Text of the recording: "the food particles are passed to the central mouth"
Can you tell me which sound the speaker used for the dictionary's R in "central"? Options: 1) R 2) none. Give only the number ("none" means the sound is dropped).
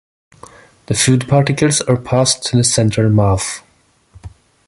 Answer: 2